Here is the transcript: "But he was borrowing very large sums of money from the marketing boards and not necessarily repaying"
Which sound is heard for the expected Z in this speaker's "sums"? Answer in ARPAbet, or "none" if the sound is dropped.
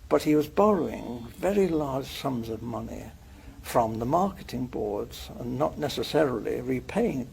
Z